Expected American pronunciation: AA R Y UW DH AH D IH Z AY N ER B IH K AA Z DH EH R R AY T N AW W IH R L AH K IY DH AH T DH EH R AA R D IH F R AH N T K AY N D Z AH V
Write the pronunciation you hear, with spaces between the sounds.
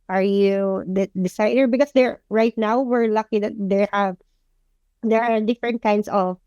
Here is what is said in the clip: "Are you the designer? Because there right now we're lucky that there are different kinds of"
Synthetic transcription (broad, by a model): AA R Y UW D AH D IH S AY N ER B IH K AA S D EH R R AY T N AW W IH R L AH K IY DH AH T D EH R AA R D IH F R AH N T K AY N D S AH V